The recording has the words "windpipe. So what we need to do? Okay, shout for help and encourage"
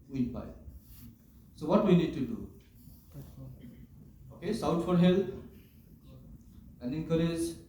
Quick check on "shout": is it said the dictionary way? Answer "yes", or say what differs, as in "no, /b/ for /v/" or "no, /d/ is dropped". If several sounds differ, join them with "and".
no, /s/ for /ʃ/